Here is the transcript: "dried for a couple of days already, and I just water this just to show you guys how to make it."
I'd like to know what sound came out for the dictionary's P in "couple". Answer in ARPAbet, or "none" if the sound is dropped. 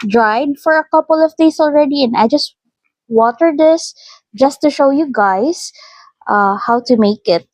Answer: P